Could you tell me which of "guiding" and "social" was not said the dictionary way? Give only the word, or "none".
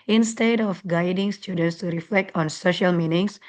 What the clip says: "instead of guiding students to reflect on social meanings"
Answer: none